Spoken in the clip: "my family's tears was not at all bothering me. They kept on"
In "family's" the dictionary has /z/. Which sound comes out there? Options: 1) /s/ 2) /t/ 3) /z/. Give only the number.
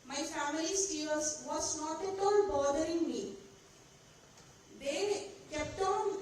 1